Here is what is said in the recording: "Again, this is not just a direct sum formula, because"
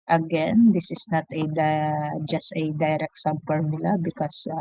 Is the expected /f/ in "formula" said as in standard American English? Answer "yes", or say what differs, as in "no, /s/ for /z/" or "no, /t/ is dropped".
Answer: no, /p/ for /f/